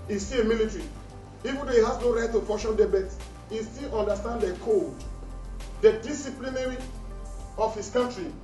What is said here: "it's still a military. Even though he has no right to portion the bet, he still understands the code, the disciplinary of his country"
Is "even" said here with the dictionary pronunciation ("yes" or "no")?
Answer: yes